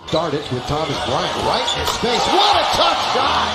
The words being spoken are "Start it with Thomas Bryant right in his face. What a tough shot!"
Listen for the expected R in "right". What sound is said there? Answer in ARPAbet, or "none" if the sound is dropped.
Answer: R